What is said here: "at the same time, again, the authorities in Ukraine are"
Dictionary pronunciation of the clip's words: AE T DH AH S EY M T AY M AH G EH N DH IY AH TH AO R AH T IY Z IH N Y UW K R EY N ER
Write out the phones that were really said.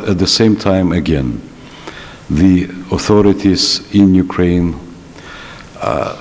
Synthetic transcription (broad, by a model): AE T DH AH S EY M T AY M AH G EH N DH IY AH TH AO R AH T IY Z IH N Y UW K R EY N